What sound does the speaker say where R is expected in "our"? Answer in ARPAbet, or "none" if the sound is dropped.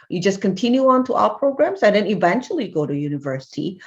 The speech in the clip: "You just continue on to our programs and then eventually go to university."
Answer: L